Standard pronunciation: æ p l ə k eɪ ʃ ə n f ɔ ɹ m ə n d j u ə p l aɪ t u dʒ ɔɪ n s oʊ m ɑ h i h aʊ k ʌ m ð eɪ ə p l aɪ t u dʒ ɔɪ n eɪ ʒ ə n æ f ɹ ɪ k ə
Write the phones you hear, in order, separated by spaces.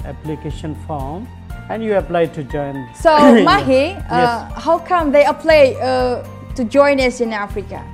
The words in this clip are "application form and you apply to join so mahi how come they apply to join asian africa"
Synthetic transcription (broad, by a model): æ p l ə k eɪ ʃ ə n f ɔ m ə n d j u ə p l aɪ t u dʒ ɔɪ n s oʊ m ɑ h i h aʊ k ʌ m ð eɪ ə p l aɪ t u dʒ ɔɪ n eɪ s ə n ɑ f ɹ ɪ k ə